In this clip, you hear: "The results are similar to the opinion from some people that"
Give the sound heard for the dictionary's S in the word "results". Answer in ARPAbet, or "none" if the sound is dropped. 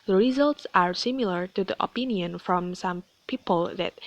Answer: S